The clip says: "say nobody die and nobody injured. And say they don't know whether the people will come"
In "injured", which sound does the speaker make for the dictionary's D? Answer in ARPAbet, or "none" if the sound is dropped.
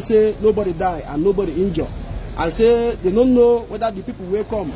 none